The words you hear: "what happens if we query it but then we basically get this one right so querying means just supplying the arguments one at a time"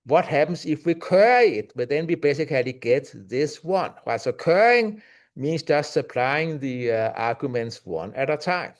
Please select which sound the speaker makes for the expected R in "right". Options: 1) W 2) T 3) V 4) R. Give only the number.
1